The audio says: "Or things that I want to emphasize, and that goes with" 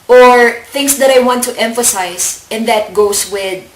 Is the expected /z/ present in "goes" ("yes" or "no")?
no